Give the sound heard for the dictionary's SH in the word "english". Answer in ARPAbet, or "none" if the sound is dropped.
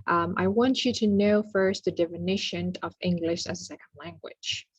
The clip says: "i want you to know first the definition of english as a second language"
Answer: SH